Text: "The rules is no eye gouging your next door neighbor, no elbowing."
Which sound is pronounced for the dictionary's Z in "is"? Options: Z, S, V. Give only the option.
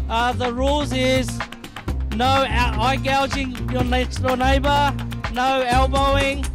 Z